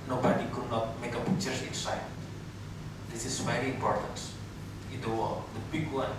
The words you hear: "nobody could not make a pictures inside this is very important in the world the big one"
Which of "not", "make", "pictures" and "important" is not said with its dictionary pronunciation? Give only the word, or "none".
pictures